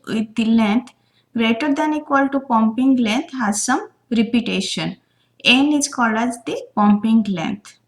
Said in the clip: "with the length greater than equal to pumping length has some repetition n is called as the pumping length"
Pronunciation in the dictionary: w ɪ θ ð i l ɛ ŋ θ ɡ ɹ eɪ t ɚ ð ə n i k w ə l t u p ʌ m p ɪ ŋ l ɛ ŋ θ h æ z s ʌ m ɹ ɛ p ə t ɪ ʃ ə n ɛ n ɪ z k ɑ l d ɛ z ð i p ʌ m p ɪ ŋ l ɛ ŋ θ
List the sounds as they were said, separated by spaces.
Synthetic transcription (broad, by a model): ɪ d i l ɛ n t ɡ ɹ eɪ t ɚ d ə n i k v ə l t u p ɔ m p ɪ ŋ l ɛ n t h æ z s ʌ m ɹ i p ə t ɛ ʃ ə n ɛ n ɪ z k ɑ l ɑ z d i p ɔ m p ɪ ŋ l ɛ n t